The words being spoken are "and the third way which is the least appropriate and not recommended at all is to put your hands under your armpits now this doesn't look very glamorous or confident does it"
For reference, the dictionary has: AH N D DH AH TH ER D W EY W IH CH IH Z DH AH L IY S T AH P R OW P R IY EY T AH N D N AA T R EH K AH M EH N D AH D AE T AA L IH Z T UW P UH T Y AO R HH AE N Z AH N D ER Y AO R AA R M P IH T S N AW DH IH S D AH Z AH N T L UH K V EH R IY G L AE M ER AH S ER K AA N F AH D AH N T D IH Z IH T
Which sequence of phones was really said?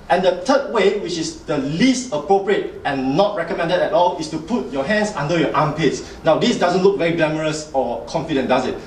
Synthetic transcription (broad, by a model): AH N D AH T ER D W EY W IH CH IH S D AH L IY S T AH P R OW P R IY EY T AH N N AA T R EH K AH M EH N D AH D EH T AA L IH S T UW P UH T Y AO HH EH N S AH N D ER Y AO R AA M P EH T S N AW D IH S D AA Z AH N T L UH K V EH R IY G EH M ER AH S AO K AA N F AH D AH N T D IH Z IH T